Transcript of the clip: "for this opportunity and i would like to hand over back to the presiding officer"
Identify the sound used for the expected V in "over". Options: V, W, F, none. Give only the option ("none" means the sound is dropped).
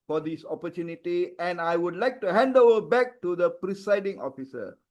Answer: none